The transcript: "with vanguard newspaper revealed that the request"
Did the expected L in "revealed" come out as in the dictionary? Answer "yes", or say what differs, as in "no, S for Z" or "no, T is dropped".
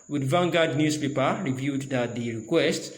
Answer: no, L is dropped